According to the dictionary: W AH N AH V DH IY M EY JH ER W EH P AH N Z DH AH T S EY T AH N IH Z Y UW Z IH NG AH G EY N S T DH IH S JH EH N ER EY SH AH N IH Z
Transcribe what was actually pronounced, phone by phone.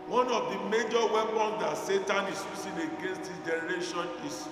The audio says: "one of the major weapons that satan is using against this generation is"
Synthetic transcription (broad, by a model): W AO N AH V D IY M EY JH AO W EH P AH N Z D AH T S EY T AH N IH S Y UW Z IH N AH G EY N S T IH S JH EH N ER EY SH AH N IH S